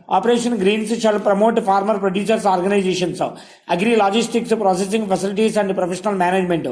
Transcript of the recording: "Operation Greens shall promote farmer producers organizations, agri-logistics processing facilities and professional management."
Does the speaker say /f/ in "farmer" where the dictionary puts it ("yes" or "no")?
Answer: no